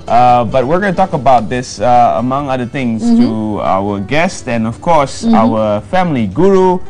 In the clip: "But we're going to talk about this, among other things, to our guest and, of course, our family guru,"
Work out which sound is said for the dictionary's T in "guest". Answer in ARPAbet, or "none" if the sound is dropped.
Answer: T